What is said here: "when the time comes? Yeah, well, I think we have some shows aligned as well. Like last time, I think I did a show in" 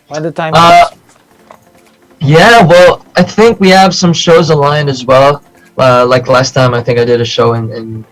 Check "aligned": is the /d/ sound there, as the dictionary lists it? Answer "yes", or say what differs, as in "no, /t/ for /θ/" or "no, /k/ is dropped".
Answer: no, /d/ is dropped